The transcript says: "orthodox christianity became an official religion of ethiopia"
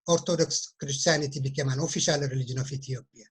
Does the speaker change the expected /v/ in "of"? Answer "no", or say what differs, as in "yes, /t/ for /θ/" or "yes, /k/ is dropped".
yes, /f/ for /v/